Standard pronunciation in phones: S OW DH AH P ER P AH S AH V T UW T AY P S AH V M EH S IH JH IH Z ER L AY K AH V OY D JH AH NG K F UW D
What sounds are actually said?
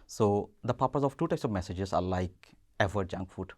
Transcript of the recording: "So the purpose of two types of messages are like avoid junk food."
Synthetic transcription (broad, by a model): S OW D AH P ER P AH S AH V T UW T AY S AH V M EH S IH JH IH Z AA L AY K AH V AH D JH AH NG K F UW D